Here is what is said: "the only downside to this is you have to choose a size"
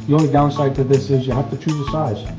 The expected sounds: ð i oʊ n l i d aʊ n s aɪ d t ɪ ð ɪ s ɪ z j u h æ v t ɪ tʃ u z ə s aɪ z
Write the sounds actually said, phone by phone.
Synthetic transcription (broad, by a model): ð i oʊ n l i d aʊ n s aɪ d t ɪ ð ɪ s ɪ z j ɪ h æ f t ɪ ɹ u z ə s aɪ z